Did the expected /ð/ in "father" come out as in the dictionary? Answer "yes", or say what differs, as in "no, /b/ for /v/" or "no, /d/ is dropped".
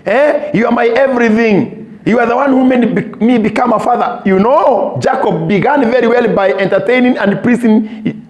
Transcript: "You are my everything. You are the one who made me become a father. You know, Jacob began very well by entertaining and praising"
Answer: yes